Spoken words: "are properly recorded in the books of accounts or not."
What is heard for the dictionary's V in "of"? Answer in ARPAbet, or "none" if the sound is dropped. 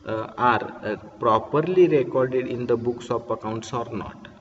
P